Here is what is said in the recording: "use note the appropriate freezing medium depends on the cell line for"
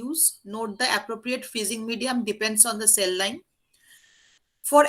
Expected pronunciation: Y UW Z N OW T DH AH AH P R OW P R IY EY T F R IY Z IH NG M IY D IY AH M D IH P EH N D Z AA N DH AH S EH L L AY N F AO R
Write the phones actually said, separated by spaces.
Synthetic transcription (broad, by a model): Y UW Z N OW T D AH AH P R OW P R IY EY T F IY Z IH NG M IY D IY AH M D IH P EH N D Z AA N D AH S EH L L AY N F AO R